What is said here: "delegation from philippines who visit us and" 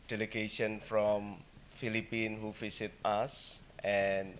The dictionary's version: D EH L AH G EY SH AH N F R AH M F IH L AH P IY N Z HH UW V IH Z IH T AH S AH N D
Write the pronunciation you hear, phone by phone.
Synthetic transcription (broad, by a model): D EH L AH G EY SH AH N F R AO M F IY L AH P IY N HH UW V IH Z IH T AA S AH N